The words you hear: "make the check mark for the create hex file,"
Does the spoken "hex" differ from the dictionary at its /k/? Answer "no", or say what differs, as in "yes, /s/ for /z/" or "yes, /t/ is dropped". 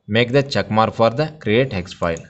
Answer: no